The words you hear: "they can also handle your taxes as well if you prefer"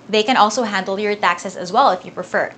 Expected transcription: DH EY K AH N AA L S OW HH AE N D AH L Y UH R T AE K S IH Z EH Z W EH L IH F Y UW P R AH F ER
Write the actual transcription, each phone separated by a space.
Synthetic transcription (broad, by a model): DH EY K AH N AA L S OW HH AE N D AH L Y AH R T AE K S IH S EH Z W EH L IH F Y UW P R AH F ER